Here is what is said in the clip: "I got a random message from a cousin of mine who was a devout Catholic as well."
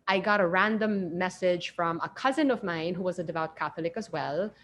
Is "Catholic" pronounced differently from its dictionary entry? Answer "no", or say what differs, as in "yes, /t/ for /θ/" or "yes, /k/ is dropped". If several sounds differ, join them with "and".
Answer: no